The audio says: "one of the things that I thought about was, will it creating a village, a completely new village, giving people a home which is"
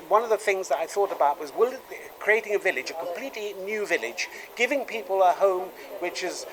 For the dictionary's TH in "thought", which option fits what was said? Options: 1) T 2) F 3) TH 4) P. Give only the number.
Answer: 3